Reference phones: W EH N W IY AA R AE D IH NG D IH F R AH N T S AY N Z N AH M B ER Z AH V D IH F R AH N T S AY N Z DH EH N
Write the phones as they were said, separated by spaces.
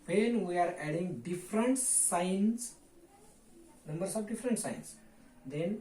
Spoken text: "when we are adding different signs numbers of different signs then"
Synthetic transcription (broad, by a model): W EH N W IY AA R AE D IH NG D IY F R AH N T S AY N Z N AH M B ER S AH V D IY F R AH N T S AY N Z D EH N